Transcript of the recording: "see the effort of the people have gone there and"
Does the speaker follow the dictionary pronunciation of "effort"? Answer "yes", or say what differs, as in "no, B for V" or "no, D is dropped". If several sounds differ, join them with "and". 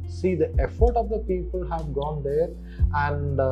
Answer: yes